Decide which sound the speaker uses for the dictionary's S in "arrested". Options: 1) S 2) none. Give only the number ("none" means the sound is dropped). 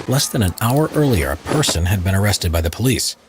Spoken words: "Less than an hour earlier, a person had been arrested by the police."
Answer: 1